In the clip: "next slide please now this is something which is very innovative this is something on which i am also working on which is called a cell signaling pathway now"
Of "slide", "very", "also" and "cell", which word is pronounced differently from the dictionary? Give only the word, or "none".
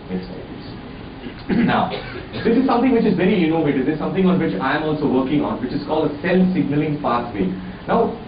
slide